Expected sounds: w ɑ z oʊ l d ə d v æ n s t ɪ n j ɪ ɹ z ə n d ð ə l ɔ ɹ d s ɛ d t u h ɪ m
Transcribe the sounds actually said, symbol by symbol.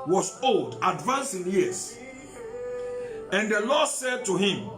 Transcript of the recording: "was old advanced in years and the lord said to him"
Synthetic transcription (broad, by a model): w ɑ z oʊ l d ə d v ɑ n s ɪ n j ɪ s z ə n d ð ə l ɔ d s ɛ d t u h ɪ m